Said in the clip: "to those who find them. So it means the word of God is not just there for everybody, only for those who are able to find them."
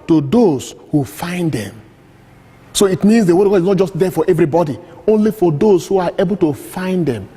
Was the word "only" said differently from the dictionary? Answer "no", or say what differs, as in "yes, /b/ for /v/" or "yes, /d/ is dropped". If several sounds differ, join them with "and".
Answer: no